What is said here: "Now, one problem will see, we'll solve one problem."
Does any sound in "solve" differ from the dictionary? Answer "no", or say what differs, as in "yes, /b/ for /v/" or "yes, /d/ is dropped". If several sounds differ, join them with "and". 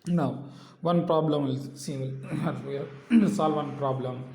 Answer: no